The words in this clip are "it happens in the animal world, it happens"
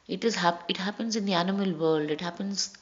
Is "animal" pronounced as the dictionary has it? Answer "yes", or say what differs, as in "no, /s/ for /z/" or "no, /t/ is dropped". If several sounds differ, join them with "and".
yes